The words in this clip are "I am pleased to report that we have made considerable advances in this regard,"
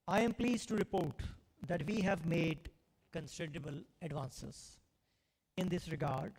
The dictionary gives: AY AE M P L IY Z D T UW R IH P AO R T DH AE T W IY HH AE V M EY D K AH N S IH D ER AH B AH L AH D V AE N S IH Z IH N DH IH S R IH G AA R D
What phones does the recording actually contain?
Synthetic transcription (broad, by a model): AY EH M P L IY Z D T UW R IH P AO R T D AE T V IY HH AE V M EY D K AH N S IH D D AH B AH L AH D V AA N S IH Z IH N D IH S R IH G AA R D